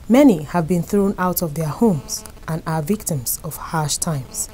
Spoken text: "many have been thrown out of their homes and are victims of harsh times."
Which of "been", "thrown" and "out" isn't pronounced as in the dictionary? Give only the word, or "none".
none